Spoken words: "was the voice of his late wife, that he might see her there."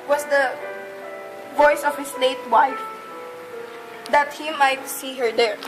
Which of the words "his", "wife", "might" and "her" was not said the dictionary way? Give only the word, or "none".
his